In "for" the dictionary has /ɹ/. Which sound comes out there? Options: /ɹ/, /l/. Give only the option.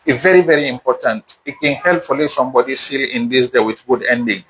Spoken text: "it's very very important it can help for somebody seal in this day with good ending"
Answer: /l/